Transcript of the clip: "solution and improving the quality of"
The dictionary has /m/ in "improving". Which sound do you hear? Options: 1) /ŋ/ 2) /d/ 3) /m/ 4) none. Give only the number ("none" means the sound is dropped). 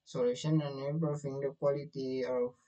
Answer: 4